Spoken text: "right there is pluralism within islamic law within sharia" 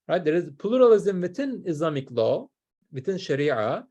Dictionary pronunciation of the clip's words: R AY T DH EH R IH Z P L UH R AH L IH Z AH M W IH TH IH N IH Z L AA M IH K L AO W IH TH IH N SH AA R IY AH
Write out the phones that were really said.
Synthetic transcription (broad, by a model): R AY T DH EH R IH Z P L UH R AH L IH Z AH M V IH T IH N IH Z L AA M IH K L AO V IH T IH N SH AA R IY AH